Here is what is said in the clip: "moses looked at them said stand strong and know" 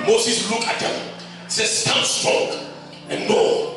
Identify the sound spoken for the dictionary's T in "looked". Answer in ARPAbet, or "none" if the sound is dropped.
none